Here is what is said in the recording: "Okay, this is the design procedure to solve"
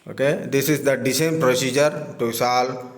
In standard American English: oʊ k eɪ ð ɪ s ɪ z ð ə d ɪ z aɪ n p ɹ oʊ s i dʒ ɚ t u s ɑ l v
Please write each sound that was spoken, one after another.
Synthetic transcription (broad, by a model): oʊ k eɪ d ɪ s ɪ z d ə d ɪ s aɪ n p ɹ oʊ s i dʒ ɚ t u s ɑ l